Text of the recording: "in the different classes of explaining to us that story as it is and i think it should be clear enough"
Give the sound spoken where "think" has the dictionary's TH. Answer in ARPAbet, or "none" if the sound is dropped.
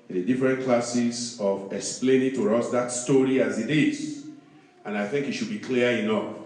TH